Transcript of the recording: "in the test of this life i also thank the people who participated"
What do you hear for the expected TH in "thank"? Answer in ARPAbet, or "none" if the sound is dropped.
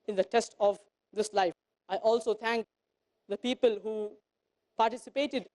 T